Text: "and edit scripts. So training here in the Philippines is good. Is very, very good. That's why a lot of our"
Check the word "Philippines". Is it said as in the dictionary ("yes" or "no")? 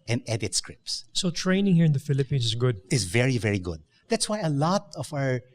no